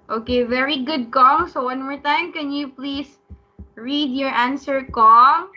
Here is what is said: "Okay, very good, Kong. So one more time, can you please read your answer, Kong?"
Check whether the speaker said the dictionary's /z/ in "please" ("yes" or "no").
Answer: no